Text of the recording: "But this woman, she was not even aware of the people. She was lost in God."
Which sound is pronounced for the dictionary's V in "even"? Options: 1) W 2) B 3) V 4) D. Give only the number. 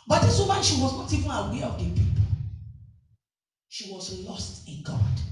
3